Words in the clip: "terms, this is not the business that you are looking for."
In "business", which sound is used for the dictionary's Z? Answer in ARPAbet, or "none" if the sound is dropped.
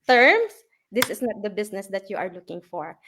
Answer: S